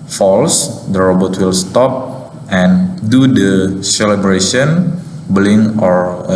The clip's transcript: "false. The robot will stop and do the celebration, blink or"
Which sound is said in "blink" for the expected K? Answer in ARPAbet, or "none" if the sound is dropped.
none